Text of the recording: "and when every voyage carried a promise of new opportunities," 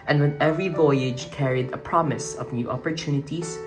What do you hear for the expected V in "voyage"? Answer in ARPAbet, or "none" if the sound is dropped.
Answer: V